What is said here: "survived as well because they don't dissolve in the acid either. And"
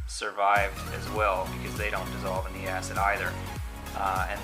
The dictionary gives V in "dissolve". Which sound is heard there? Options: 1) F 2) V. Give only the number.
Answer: 2